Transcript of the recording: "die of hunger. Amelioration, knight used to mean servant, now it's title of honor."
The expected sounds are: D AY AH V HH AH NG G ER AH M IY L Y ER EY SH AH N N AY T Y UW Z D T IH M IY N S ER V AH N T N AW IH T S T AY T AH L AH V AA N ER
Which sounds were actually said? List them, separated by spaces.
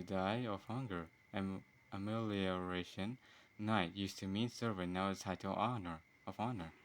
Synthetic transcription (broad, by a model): D AY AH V HH AH NG G ER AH M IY L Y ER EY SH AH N N AY T Y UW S T IH M IY N S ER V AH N N AW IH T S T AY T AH N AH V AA N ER